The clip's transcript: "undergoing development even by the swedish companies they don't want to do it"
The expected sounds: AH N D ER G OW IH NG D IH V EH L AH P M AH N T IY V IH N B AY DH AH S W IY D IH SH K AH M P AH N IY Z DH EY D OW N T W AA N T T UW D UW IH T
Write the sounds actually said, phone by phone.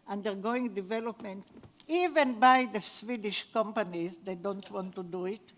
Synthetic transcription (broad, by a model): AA N D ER G OW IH NG D IH V EH L AH P M AH N T IY V IH N B AY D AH S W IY D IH SH K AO M P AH N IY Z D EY D OW N T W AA N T T UW D UW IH T